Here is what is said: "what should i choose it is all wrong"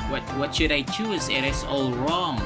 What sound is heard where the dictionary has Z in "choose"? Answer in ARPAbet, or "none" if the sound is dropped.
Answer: Z